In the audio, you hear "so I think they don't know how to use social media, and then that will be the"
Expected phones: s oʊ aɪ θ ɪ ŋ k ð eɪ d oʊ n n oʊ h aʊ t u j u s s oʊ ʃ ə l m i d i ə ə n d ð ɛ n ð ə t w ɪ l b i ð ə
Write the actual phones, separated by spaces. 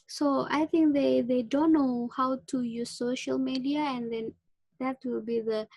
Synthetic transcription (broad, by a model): s oʊ aɪ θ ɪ ŋ k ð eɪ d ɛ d n oʊ h aʊ t u j u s s oʊ ʃ ə l m i d i ə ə n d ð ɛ n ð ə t w ɪ l b i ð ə